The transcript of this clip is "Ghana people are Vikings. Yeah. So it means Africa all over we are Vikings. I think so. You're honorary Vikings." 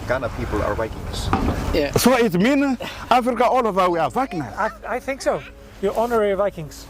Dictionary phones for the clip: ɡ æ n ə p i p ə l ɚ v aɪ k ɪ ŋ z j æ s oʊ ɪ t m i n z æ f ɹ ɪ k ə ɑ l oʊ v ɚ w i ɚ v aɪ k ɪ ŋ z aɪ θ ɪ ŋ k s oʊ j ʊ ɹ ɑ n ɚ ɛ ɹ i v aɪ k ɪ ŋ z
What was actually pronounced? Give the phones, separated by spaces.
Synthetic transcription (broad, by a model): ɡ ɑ n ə p i p ə l ɚ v aɪ k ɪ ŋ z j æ s oʊ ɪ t m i n ɑ f ɹ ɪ k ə ɑ l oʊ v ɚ w i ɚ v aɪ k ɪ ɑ aɪ θ ɪ ŋ k s oʊ j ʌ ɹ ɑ n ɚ ɹ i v aɪ k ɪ ŋ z